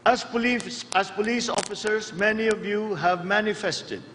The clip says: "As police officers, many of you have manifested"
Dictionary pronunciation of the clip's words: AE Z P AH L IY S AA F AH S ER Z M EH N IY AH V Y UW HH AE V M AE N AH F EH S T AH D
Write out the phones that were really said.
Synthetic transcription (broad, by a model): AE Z P AH L IY S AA F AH S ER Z M EH N IY AH V Y UW HH AE V M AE N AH F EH S T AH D